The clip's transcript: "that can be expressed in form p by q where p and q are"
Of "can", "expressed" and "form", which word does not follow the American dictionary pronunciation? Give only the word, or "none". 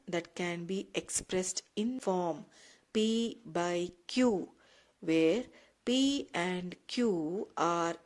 none